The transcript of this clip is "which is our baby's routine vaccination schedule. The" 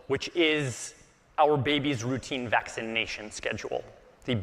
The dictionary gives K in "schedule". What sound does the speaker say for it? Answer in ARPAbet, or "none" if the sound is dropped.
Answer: K